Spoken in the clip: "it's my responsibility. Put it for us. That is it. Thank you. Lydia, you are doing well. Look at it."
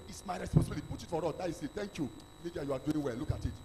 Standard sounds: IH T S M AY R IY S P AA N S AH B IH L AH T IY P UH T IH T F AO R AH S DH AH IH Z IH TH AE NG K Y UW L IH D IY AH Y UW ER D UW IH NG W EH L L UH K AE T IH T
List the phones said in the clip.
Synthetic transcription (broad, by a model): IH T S M AY R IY S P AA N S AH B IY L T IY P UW T IH T F AO R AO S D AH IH S IH T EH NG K Y UW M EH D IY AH Y UW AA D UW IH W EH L L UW K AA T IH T